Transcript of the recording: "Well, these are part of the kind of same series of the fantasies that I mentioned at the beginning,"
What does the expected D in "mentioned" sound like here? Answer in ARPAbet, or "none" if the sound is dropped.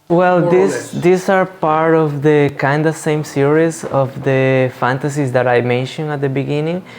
none